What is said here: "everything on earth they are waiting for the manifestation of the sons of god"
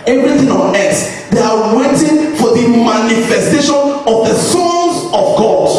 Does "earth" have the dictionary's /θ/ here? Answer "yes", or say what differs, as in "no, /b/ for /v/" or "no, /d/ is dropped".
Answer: no, /s/ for /θ/